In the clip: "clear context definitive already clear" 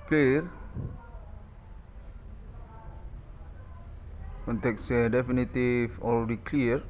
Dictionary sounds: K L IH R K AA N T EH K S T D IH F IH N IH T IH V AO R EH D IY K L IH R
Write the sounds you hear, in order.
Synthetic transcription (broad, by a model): K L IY R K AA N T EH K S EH D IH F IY N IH T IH F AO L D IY K L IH R